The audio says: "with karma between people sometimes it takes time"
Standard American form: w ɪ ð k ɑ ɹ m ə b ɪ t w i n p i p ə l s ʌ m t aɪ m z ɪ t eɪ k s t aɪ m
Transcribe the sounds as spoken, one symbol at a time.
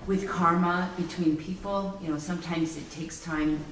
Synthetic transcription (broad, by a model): w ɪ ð k ɑ ɹ m ə b ɪ t w i n p i p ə n s ʌ m t aɪ m z ɪ t eɪ k s t aɪ m